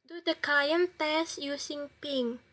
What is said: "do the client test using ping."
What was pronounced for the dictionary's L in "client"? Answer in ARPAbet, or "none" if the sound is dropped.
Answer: none